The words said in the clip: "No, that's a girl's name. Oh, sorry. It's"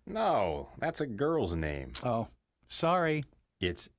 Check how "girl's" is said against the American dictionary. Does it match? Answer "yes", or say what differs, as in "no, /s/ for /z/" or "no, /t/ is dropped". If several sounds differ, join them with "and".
yes